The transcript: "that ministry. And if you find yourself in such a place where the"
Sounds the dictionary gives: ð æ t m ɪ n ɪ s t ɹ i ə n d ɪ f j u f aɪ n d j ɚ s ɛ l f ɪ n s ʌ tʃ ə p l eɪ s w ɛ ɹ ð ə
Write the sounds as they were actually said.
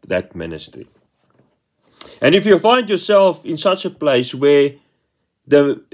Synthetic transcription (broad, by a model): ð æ t m ɪ n ɪ s t ɹ i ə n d ɪ f j u f aɪ n d j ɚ s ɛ l f ɪ n s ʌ tʃ ə p l eɪ s w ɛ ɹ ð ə